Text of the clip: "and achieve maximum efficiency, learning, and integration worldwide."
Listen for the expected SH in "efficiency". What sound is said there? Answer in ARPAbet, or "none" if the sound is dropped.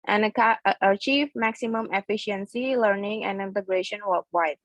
SH